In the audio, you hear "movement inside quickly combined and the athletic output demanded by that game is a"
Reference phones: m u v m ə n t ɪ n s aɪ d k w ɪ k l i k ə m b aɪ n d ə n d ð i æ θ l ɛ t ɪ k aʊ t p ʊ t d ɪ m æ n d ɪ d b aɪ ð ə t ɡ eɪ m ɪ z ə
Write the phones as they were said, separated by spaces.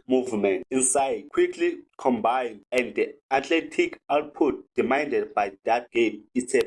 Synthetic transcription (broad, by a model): m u v m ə n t ɪ n s aɪ d k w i k l i k ə m b aɪ n d ə n d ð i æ t l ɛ t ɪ k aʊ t p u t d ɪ m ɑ n d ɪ d b aɪ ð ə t ɡ eɪ m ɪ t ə